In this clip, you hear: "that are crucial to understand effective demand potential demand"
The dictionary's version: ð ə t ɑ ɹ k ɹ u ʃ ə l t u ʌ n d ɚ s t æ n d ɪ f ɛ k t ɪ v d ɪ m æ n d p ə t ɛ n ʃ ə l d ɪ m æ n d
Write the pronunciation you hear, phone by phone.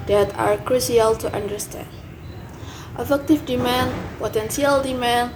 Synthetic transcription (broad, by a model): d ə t ɑ ɹ k ɹ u s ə l t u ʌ n d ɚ s t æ n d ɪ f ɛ k t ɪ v d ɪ m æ n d p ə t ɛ n s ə l d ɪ m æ n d